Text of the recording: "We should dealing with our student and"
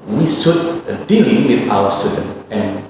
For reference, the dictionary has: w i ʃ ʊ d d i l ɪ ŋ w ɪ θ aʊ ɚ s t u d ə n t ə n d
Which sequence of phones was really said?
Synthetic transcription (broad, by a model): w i s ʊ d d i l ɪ ŋ w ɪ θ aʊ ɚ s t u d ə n ə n